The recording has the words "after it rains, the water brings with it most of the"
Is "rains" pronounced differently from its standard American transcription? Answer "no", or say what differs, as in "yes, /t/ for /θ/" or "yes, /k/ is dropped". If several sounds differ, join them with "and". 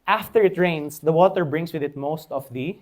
yes, /s/ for /z/